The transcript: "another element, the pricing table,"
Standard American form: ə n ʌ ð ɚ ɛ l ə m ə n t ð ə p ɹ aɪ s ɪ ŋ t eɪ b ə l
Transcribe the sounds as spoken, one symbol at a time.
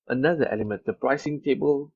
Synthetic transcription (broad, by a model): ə n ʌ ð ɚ ɛ l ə m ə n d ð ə p ɹ aɪ s ɪ ŋ t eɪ b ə l